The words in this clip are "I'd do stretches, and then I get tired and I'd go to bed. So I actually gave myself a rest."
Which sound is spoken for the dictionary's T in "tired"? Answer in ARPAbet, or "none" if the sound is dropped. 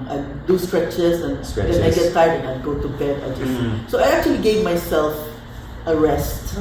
S